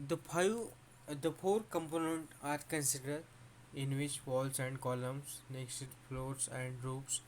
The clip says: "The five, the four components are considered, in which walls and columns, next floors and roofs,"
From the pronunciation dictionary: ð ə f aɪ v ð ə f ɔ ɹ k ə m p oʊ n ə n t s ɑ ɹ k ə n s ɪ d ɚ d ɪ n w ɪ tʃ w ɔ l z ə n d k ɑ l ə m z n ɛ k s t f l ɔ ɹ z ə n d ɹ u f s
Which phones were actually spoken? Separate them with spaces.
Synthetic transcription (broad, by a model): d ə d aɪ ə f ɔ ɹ k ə m p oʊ n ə n t ɑ ɹ k ə n s ɪ d ɚ d ɪ n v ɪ tʃ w ɔ l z ə n d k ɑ l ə m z n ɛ k s t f l ɔ ɹ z ə n d ɹ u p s